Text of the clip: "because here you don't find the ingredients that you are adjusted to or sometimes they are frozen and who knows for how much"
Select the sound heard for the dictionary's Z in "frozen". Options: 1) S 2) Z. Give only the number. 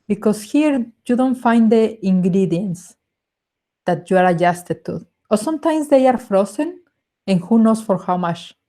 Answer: 1